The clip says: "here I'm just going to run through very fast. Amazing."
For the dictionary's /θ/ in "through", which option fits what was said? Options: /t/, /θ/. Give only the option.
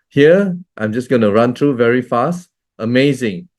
/t/